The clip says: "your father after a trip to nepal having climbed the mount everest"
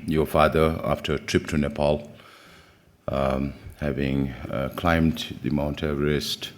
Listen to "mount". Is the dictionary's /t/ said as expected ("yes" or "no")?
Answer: yes